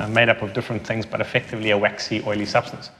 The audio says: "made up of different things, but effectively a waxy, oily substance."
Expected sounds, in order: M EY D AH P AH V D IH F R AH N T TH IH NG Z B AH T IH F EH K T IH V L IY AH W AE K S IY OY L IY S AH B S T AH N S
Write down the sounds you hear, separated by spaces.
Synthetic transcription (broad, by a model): M EY D AH P AH V D IH F R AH N TH IH NG Z B AH T IH F EH K T IH V L IY AH W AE K S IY OY L IY S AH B S T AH N S